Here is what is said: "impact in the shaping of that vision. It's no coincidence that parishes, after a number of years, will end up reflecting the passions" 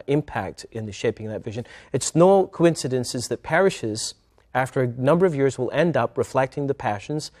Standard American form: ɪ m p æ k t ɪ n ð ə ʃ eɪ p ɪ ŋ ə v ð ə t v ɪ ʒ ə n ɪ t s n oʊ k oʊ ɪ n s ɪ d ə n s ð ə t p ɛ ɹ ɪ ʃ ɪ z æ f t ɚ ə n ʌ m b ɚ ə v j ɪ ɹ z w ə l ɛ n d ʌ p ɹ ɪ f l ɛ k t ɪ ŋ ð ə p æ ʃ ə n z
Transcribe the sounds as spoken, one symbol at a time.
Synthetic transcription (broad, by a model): ɪ m p æ k t ɪ n ð ə ʃ eɪ p ɪ ŋ ð ə t v ɪ ʒ ə n ɪ t s n oʊ k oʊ ɪ n s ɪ d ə n s ð ə t p ɛ ɹ ɪ ʃ ɪ z æ f t ɚ ə n ʌ m b ɚ ə v j ɪ ɹ z w ə l ɛ n d ʌ p ɹ ɪ f l ɛ k t ɪ ŋ ð ə p æ ʃ n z